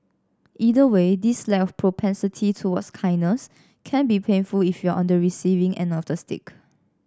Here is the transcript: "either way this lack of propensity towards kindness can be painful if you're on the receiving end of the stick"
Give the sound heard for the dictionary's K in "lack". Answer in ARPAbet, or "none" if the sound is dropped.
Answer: none